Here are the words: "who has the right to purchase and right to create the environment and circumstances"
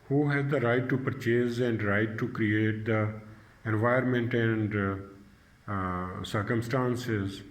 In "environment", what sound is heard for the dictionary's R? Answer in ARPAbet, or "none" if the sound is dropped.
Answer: none